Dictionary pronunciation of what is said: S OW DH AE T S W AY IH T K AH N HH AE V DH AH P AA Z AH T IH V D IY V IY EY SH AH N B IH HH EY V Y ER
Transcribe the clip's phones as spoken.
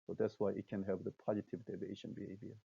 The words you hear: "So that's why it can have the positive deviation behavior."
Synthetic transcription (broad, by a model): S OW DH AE T S W AY IH T K AH N HH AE V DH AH P AA Z AH T IH V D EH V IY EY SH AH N B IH HH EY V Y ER